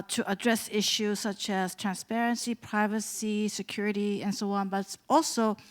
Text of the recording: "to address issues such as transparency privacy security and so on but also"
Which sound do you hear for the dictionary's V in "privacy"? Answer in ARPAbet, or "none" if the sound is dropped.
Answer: V